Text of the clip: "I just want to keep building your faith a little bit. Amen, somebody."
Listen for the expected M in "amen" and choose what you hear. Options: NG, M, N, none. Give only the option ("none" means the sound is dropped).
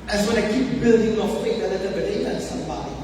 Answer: none